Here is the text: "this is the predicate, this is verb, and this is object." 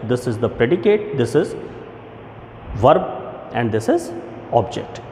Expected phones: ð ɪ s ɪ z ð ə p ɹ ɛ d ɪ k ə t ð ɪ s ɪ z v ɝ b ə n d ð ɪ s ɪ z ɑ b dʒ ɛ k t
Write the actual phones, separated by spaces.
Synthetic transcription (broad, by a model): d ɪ s ɪ z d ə p ɹ ɛ d ɪ k ə t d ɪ s ɪ z v ɝ b ə n d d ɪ s ɪ z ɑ b dʒ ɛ k t